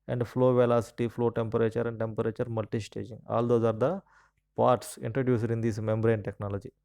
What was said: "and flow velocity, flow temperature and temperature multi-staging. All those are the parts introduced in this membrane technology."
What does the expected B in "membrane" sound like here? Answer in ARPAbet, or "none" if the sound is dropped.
B